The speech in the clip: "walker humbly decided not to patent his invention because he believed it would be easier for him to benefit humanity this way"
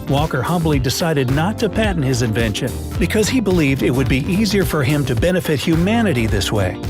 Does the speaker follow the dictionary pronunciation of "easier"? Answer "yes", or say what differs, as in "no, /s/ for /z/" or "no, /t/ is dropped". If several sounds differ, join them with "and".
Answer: yes